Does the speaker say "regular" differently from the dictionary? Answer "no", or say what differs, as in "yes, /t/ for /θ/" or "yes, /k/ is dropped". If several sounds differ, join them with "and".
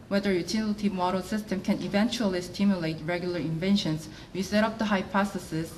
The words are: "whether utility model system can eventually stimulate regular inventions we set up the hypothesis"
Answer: no